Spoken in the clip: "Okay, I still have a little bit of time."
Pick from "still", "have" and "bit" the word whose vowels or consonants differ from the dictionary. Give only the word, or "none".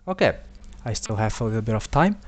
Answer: none